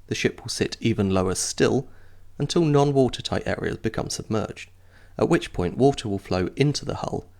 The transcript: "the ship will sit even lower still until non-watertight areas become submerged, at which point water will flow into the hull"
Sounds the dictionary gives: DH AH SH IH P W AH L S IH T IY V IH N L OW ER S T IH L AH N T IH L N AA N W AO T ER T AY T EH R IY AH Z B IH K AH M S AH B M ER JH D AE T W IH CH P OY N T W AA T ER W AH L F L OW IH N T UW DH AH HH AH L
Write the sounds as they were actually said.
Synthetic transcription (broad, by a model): DH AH SH IH P W AH L S IH T IY V IH N L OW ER S T IH L AH N T IH L N AA N W AO T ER T AY T EH R IY AH Z B IH K AH M S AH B M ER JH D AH T W IH CH P OY N T W AA T ER W AH L F L OW IH N T UW DH AH HH AH L